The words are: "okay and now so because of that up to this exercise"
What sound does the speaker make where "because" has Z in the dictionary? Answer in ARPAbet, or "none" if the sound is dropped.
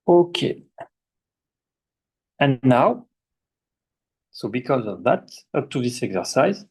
Z